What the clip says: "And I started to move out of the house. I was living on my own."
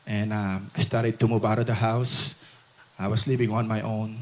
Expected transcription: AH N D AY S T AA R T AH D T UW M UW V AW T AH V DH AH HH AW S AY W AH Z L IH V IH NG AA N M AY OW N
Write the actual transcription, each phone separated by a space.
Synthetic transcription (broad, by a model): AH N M AY S T AA R T AH D T UW M UW V AW T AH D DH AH HH AW S AY W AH S L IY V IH NG AA N M AY OW N